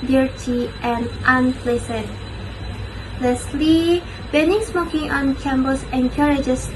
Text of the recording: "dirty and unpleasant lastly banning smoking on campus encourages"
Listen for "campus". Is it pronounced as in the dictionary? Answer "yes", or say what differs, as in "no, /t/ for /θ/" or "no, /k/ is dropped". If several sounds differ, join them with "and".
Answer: no, /b/ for /p/